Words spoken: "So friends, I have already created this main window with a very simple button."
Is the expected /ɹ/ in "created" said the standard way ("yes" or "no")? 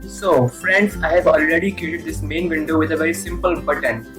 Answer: no